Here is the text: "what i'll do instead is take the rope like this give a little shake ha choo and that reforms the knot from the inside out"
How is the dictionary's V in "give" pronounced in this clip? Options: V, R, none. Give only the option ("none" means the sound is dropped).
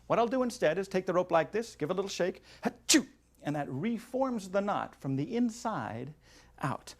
V